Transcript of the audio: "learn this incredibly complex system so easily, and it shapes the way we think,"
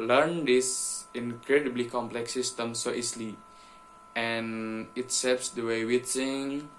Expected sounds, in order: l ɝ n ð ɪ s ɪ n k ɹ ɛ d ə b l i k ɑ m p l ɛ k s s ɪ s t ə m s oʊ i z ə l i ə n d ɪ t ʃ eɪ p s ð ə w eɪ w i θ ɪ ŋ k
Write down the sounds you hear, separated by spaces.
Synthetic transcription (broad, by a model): l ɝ n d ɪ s ɪ n k ɹ ɛ d ə b l i k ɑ m p l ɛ k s s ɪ s t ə m s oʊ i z l i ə n ɪ t s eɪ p s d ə w eɪ w i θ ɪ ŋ